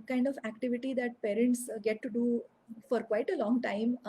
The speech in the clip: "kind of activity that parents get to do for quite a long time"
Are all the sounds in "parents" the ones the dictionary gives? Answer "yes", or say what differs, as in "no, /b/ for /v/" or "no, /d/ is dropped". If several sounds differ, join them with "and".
yes